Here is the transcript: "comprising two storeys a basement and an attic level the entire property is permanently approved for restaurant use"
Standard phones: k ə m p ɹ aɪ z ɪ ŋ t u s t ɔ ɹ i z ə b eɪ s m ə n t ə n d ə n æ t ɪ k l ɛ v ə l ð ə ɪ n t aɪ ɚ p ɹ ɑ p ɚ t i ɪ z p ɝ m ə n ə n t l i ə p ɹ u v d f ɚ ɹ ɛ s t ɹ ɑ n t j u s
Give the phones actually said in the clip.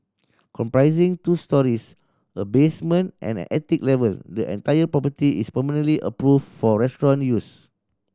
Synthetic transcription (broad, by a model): k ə m p ɹ aɪ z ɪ ŋ t u s t ɔ ɹ i s ə b eɪ s m ə n t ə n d ə n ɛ t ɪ k l ɛ v ə l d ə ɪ n t aɪ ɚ p ɹ ɑ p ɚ t i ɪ s p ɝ m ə n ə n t l i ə p ɹ u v f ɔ ɹ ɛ s t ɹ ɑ n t j u s